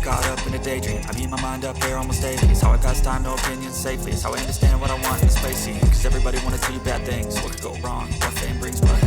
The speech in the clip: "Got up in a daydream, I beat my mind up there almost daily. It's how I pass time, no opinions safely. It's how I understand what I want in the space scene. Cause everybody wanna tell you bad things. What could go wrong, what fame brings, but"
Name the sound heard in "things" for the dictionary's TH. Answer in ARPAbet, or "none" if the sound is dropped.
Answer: TH